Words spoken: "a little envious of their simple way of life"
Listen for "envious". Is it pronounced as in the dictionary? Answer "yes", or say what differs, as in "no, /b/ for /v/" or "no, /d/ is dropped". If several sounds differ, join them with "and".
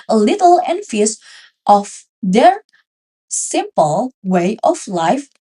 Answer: no, /f/ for /v/